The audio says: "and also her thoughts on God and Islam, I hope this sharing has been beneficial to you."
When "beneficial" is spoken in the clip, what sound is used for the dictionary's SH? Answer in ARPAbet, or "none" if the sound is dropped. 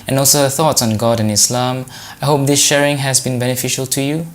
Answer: SH